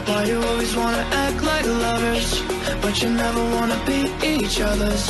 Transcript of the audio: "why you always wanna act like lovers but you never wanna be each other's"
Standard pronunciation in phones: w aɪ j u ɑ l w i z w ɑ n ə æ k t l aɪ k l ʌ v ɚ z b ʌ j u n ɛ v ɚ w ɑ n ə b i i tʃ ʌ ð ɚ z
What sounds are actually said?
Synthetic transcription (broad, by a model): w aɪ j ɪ ɑ l w i z w ɑ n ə æ k t l aɪ k l ʌ v ɚ z b ʌ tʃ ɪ n ɛ v ɚ w ɑ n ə b i i tʃ ʌ ð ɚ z